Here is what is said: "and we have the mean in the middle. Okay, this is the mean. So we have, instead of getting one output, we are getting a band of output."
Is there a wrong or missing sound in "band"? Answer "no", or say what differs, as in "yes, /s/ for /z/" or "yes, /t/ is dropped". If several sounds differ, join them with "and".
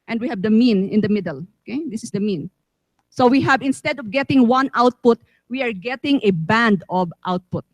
no